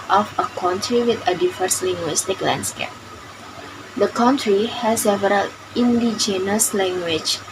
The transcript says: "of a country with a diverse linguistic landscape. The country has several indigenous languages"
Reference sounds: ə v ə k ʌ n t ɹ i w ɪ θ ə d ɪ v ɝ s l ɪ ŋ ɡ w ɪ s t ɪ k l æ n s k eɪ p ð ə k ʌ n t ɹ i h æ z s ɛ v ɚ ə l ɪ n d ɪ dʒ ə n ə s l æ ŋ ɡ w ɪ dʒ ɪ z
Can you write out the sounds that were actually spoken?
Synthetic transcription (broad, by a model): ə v ə k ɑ n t ɹ i w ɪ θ ə d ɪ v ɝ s l ɪ ŋ ɡ w ɪ s t ɪ k l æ n s k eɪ p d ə k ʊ n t ɹ i h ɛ s ɛ v ɚ ə l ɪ n d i dʒ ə n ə s l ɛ ŋ ɡ w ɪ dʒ